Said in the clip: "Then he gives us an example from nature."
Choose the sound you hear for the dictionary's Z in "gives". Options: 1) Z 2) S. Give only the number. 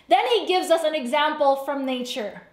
1